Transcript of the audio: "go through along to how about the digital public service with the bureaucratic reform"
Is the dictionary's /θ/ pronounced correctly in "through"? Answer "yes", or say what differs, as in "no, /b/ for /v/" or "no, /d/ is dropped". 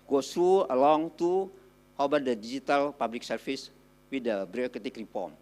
no, /t/ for /θ/